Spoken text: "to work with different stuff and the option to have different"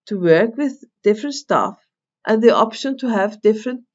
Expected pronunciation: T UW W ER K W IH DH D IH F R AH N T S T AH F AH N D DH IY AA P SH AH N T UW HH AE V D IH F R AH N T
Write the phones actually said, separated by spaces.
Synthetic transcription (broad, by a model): T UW W ER K W IH DH D IH F R AH N T S T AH F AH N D DH IY AA P SH AH N T UW HH AE V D IH F R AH N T